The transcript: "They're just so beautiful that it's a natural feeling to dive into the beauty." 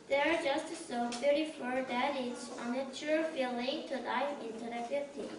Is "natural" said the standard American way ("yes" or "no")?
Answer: no